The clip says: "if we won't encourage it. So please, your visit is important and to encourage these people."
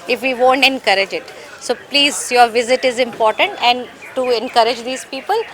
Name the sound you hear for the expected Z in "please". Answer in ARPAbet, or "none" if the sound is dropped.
Z